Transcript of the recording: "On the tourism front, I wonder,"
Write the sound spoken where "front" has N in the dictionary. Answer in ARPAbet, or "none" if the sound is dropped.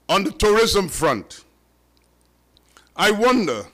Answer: N